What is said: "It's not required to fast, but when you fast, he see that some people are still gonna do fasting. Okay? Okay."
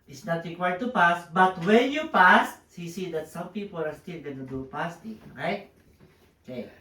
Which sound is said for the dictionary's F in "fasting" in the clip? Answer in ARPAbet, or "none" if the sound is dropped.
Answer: P